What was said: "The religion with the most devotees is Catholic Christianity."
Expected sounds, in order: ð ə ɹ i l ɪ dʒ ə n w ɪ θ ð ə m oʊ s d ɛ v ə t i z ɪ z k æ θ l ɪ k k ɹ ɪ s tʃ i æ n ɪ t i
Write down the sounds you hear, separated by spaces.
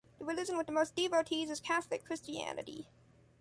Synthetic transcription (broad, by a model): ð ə w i l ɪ z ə n w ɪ ð ə m oʊ s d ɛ v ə t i z ɪ z k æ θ l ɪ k k ɹ ɪ s tʃ i æ n ɪ t i